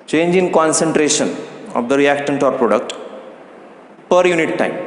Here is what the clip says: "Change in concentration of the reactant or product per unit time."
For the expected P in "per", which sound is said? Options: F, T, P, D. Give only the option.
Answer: P